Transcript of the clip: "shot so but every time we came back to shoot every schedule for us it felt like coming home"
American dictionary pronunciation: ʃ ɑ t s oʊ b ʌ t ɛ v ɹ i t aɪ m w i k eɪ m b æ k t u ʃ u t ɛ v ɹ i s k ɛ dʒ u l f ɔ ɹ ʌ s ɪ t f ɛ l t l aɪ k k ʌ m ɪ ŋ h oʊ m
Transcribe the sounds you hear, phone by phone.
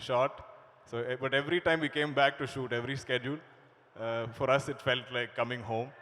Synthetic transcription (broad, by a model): ʃ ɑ t s oʊ b ʌ t ɛ v ɹ i t aɪ m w i k eɪ m b æ k t u ʃ u t ɛ v ɹ i s k ɛ dʒ u l f ɔ ɹ ʌ s ɪ t f ɛ l t l aɪ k k ʌ m ɪ ŋ h oʊ m